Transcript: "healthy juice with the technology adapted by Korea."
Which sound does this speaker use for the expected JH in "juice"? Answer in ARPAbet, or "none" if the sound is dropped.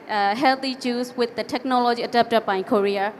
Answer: CH